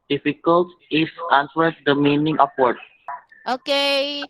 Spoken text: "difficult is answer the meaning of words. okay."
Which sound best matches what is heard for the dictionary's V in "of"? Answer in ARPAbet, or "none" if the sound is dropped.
P